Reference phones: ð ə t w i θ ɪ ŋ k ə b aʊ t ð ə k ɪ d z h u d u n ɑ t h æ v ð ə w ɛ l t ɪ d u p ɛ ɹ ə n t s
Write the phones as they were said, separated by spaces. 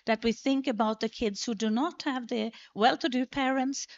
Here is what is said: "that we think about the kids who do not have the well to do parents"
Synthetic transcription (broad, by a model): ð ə t w i θ ɪ ŋ k ə b aʊ t ð ə k ɪ d z h u d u n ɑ t h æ v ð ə w ɛ l t ɪ d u p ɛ ɹ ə n t s